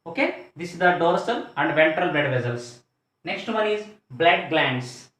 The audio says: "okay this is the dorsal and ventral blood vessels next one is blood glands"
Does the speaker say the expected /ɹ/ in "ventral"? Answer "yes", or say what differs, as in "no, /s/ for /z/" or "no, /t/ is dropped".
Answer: yes